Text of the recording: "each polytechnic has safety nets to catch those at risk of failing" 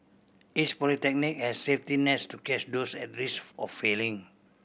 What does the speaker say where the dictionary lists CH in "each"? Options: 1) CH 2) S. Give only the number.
2